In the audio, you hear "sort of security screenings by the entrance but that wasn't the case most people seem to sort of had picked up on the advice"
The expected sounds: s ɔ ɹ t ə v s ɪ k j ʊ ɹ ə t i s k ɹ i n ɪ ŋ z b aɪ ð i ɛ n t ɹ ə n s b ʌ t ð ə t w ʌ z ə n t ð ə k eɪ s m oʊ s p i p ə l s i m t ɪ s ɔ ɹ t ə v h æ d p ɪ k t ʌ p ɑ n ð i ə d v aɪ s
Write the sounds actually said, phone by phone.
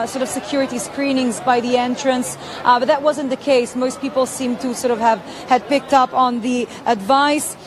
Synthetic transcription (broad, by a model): s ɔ ɹ t ə v s ɪ k j ʊ ɹ ə t i s k ɹ i n ɪ ŋ z b aɪ ð i ɛ n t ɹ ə n s b ʌ t ð ə t w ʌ z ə n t ð ə k eɪ s m oʊ s p i p l s i m t ɪ s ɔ ɹ t ə v h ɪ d p ɪ k t ʌ p n ð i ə d v aɪ s